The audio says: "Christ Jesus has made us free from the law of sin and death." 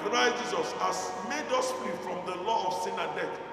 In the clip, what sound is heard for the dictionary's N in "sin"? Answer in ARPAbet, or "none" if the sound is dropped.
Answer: N